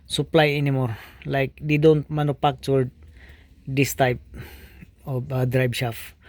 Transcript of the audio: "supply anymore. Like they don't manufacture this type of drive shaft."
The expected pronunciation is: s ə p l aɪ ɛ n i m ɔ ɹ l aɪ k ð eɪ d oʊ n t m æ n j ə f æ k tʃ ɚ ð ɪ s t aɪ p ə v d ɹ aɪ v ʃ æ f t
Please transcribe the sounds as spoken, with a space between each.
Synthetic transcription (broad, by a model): s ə p l aɪ ɛ n i m ɔ ɹ l aɪ k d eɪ d oʊ n t m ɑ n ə p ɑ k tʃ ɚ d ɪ s t aɪ p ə d ɹ aɪ b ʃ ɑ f